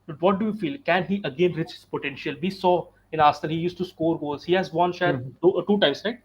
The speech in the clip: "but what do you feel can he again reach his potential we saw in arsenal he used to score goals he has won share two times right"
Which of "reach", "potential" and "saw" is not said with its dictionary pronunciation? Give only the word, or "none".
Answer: none